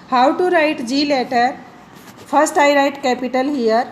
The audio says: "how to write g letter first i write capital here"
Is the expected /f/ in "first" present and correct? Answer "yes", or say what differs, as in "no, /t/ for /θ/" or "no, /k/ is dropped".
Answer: no, /p/ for /f/